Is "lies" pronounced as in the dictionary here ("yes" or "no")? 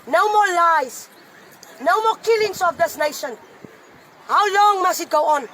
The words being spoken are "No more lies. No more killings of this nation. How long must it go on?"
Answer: no